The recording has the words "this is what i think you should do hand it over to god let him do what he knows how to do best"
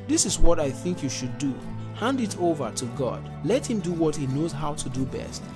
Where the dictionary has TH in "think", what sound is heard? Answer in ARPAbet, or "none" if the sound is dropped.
TH